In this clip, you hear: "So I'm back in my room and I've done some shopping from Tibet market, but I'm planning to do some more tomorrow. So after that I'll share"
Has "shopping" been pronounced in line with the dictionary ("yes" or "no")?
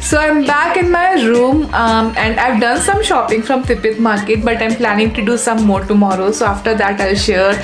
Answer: yes